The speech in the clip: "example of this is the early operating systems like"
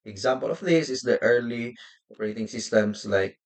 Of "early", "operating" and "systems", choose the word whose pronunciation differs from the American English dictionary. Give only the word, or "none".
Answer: systems